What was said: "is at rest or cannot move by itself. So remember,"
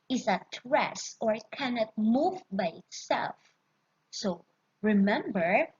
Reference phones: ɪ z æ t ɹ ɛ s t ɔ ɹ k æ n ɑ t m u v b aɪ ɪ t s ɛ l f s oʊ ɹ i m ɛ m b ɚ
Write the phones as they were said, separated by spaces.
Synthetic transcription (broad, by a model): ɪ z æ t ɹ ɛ s ɔ ɹ k æ n ɑ t m u v b aɪ ɪ t s ɛ l f s oʊ ɹ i m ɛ m b ɚ